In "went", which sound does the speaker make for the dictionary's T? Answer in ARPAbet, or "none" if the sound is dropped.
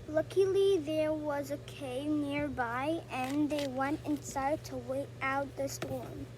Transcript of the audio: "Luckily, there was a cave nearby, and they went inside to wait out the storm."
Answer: T